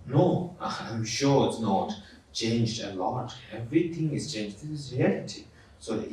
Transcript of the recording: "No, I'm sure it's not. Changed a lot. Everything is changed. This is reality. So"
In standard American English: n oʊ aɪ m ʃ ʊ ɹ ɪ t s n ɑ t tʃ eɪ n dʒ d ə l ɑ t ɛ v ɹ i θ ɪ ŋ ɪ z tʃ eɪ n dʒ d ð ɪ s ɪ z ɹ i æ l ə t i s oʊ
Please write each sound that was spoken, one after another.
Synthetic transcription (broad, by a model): n oʊ aɪ m ʃ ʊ ɹ ɪ t s n ɑ t tʃ eɪ n dʒ d ə l ɑ t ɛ v ɹ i t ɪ ŋ ɪ z tʃ eɪ n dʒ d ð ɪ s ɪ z ɹ i æ l ə t i s oʊ